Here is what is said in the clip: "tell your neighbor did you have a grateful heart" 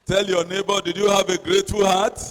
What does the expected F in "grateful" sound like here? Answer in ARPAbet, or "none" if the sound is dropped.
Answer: none